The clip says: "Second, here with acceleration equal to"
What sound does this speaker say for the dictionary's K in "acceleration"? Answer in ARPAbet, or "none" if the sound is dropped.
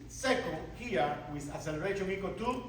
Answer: none